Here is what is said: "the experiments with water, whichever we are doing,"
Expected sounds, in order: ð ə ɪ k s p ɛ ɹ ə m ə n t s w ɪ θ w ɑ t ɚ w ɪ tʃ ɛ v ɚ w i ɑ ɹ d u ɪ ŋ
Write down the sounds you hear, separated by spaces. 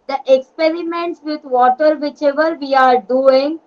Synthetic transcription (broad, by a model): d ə ɪ k s p ɛ ɹ ə m ə n t s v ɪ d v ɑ t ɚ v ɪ tʃ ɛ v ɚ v i ɑ ɹ d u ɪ ŋ